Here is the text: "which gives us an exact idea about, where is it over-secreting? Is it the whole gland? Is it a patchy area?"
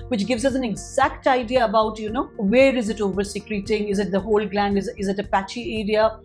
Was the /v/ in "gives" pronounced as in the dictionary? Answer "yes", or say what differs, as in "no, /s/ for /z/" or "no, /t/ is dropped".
yes